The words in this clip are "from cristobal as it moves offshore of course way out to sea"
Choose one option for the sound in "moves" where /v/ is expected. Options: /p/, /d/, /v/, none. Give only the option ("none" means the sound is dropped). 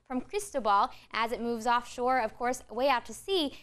/v/